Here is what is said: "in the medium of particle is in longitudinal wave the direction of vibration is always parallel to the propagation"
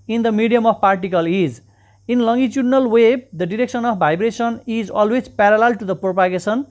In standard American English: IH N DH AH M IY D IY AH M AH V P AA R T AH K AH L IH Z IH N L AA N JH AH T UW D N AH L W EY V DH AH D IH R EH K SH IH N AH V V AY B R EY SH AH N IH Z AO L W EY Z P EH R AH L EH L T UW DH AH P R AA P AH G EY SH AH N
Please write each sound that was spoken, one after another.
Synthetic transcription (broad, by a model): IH N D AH M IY D IY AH M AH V P AA R T AH K AH L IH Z IH N L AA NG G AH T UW D N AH L W EY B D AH D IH R EH K S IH N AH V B AY B R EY S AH N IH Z AO L W EY Z P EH R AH L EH L T UW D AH P R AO P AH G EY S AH N